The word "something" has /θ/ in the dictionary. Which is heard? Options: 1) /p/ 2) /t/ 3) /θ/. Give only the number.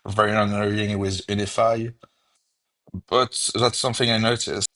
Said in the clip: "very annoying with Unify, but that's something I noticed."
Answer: 3